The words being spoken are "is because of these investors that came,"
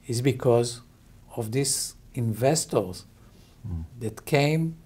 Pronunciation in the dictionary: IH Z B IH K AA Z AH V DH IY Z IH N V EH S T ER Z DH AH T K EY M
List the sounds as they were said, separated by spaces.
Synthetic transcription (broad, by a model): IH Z B IH K AA Z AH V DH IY S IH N V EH S T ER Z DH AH T K EY M